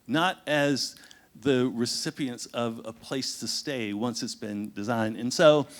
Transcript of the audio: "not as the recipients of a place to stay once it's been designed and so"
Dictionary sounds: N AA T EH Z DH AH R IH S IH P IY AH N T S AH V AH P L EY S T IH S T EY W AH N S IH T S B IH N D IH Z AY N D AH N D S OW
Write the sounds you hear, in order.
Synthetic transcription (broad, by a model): N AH T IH Z DH AH R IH S IH P IY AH N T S AH V AH P L EY S T IH S T EY W AH N S IH T S B IH N D IH Z AY N D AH N S OW